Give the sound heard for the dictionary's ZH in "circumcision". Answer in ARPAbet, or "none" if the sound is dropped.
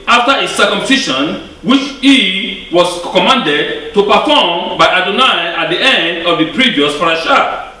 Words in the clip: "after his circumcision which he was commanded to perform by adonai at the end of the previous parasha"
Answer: SH